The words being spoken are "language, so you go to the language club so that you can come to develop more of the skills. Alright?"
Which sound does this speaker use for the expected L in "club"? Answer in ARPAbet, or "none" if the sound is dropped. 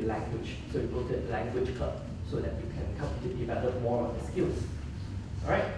none